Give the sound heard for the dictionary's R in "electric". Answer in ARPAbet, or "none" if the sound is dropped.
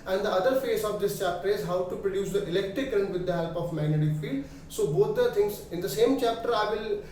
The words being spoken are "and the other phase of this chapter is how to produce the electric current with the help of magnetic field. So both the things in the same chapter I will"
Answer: R